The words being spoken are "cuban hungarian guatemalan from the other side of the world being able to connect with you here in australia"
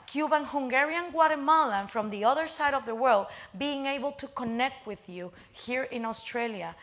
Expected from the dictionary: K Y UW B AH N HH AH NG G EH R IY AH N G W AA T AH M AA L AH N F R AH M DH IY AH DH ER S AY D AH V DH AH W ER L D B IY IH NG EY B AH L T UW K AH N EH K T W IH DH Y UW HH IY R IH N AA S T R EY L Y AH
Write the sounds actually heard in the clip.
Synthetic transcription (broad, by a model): K Y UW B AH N HH AH NG G EH R IY AH N G W AA T AH M AA L AH N F R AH M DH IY AH DH ER S AY D AH V DH AH W ER L D B IY IH NG EY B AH L T UW K AH N EH K T W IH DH Y UW HH IY R IH N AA S T R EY L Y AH